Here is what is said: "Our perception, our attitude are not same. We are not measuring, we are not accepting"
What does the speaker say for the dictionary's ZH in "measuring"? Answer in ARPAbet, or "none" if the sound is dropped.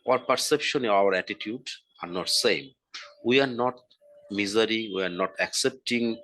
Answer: Z